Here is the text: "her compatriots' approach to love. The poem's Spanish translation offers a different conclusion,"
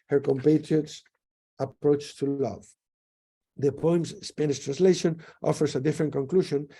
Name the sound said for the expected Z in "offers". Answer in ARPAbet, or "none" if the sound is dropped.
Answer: S